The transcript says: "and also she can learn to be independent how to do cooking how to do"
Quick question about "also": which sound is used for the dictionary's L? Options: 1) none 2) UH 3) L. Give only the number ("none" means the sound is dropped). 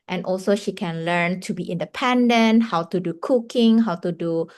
3